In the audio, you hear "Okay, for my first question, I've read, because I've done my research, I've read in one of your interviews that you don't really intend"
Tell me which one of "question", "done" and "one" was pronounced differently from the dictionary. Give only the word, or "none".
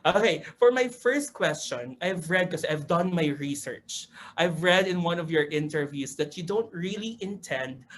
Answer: none